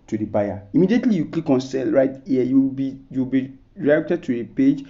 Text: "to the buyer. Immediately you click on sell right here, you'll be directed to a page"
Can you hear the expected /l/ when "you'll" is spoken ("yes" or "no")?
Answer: no